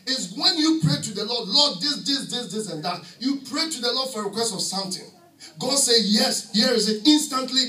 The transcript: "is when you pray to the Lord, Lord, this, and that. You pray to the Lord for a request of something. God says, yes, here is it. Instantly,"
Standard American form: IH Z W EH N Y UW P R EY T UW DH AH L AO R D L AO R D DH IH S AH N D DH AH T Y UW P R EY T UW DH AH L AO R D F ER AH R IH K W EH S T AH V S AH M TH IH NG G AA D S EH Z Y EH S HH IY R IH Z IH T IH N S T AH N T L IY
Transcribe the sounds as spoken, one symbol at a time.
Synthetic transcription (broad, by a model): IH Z W EH N Y UW P R EY T UW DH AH L AO D L AO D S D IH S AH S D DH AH T Y UW P R EY T UW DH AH L AO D F AH R IH K W EH S T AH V S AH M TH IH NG G AA D S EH Y EH S HH IY R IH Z IH T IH N S T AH N T L IY